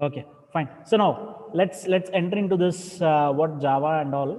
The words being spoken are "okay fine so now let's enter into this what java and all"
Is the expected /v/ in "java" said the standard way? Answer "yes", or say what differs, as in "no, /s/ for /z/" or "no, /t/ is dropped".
yes